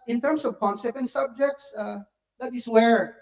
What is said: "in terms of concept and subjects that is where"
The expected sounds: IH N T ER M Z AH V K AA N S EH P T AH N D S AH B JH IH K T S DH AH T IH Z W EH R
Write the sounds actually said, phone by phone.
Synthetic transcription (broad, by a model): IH N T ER M S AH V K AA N S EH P AH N S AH B JH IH K T S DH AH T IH S W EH R